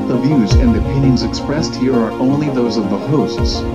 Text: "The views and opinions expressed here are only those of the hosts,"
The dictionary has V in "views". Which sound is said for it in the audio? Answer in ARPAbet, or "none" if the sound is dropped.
V